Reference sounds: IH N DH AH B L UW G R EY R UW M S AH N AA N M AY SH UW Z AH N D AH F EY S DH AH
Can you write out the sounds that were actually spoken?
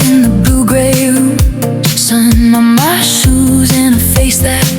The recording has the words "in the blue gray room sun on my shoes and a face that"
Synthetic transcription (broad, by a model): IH N DH AH B L UW G R EY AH S AH N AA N M AY SH UW Z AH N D AH F EY S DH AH